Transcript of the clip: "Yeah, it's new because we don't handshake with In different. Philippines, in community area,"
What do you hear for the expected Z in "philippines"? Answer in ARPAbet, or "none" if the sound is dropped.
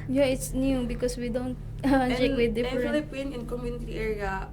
none